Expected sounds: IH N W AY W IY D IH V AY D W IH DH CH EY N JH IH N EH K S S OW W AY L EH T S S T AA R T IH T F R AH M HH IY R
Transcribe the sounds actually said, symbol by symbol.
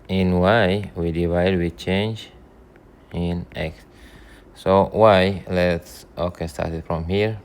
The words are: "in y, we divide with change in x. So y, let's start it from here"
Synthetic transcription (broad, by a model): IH N W AY W IY D IH V AY D W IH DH CH EY N JH IH N EH K S S OW W AY L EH T S S T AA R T IH T F R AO M HH IY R